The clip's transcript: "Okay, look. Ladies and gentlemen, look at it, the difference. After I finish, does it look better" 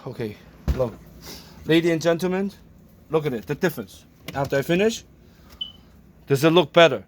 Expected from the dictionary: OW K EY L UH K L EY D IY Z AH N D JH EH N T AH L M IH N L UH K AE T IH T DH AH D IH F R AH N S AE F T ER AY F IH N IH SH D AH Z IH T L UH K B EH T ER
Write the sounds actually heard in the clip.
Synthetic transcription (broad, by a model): OW K EY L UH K L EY D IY AH N JH EH N T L M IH N L UH K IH T IH T DH AH D IH F R AH N S AE F T ER AY F IH N IH SH D AH Z IH T L UH K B EH T ER